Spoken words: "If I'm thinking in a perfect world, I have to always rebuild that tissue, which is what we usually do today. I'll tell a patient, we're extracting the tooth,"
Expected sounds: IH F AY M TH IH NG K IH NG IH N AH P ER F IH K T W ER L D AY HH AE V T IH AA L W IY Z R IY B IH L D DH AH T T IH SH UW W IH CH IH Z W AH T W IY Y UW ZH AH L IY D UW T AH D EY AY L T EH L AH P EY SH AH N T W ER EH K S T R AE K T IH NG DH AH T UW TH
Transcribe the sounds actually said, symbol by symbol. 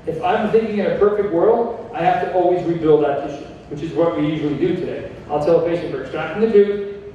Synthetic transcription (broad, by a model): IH F AY M TH IH NG K IH NG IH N AH P ER F IH K T W ER L D AY HH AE F T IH AA L W IY Z R IY B IH L D DH AH T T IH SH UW W IH CH IH Z W AH T W IY Y UW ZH L IY D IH T AH D EY AY L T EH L AH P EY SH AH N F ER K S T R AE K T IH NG DH AH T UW